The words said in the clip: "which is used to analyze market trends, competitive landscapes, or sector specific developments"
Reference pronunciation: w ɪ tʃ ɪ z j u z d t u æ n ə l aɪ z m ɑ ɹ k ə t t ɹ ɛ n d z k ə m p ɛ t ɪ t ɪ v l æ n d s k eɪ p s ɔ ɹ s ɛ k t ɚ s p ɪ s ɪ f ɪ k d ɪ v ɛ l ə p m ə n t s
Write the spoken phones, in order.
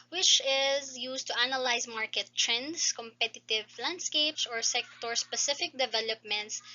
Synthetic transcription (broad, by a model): w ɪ tʃ ɪ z j u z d t u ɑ n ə l aɪ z m ɑ ɹ k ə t t ɹ ɛ n d s k ə m p ɛ t ɪ t ɪ v l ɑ n d s k eɪ p s ɔ ɹ s ɛ k t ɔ s p ɪ s ɪ f ɪ k d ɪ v ɛ l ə p m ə n t s